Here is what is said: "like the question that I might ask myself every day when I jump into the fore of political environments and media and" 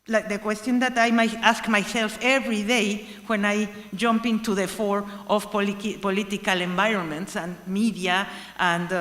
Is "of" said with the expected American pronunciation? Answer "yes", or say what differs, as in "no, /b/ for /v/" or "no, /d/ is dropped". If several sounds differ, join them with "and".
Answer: no, /p/ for /v/